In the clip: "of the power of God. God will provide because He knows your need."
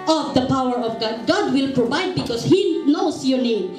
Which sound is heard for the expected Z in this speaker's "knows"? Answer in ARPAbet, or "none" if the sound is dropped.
S